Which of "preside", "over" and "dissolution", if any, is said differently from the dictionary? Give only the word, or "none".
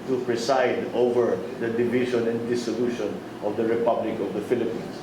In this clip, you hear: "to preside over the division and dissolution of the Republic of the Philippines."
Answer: preside